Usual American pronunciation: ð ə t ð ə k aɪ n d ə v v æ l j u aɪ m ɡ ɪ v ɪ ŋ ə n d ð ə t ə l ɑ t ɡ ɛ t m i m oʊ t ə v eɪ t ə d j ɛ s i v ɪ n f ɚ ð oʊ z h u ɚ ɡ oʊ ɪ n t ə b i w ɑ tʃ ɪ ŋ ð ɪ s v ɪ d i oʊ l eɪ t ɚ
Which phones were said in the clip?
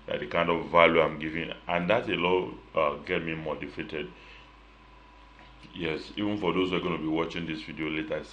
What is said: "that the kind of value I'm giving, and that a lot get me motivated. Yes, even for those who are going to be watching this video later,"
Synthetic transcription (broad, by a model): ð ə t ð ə k aɪ n d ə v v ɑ l j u aɪ m ɡ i v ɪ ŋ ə n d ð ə t ə l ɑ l ɡ ɛ t m i m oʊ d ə f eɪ t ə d j ɛ s i v ɪ n f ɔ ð oʊ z h u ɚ ɡ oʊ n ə b i w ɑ tʃ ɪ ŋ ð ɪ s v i d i oʊ l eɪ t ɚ